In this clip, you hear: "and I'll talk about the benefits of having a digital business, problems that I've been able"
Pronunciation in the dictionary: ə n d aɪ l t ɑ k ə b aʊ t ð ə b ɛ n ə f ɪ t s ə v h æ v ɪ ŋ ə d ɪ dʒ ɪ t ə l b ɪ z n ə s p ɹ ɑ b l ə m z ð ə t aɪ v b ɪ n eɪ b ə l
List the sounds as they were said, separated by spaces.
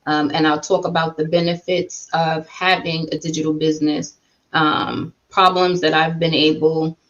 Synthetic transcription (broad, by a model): ə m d aɪ l t ɑ k ə b aʊ t ð ə b ɛ n ə f ɪ t s ə v h æ v ɪ ŋ ə d ɪ dʒ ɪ t l b ɪ z n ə s p ɹ ɑ b l ə m z ð ə t aɪ v b ɪ n eɪ b l